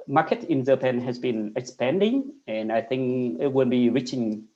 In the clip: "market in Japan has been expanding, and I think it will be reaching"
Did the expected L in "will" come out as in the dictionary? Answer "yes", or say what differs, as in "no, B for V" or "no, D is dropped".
no, N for L